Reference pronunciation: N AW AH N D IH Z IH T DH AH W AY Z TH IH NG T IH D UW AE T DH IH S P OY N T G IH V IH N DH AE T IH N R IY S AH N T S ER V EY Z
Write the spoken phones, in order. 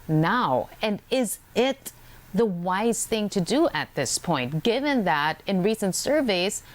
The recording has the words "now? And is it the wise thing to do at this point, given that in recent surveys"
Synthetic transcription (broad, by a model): N AW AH N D IH Z IH T DH AH W AY Z TH IH NG T IH D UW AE T DH IH S P OY N T G IH V IH N DH AE T IH N R IY S AH N T S ER V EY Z